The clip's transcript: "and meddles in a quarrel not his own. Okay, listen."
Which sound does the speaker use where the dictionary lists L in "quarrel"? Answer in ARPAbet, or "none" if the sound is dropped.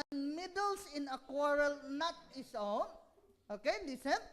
L